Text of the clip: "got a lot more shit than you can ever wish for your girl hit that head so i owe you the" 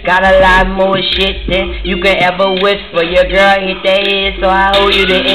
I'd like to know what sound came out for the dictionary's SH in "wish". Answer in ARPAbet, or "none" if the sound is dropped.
S